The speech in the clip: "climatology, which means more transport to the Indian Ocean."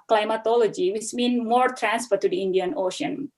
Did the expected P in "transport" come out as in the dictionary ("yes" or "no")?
no